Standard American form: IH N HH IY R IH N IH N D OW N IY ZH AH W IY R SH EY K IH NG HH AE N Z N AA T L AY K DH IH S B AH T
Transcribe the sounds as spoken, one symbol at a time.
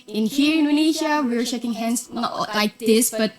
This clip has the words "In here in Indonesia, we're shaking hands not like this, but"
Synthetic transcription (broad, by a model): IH N HH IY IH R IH N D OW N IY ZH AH W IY W SH EY K IH NG HH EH N S N AA T L AY K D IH S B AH T